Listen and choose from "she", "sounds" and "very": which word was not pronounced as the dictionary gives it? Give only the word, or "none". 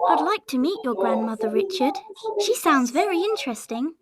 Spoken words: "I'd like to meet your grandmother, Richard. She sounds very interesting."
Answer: none